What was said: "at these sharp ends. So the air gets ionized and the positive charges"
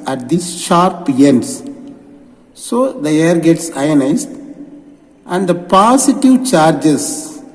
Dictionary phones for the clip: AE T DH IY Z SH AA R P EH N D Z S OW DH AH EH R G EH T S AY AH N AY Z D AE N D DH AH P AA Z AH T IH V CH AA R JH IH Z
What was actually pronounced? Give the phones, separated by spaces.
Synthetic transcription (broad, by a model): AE T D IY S SH AA R P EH N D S S OW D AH EH R G EH T S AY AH N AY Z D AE N D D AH P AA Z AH T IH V CH AA R JH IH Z